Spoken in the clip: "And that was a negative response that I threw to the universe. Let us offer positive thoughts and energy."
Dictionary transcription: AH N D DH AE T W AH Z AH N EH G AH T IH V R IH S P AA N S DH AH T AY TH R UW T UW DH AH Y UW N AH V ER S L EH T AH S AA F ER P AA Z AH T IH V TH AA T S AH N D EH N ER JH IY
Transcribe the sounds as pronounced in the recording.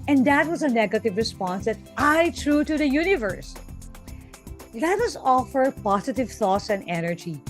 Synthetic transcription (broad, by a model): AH N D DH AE T W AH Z AH N EH G AH T IH V R IH S P AA N S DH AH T AY T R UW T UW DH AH Y UW N AH V ER S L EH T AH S AA F ER P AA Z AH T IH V TH AA T S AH N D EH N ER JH IY